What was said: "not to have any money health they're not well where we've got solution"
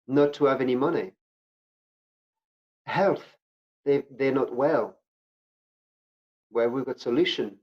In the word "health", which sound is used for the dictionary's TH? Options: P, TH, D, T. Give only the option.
TH